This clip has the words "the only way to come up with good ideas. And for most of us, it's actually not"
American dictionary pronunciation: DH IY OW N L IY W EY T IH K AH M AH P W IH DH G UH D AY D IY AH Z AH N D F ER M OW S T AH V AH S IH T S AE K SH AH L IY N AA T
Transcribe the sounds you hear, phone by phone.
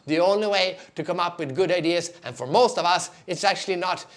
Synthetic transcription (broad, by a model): DH IY OW N L IY W EY T IH K AH M AH P W IH DH G UH D AY D IY AH Z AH N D F ER M OW S T AH V AH S IH T S AE K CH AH L IY N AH T